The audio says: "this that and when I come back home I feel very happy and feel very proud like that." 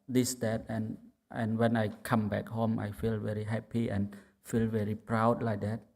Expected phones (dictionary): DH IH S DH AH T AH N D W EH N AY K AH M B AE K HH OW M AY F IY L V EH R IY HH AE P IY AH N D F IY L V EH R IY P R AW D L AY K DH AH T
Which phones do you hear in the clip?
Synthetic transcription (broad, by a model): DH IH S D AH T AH N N W EH N AY K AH M B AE K HH OW M AY F IY L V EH R IY HH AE P IY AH N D F IY L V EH R IY P R AW D L AY K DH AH T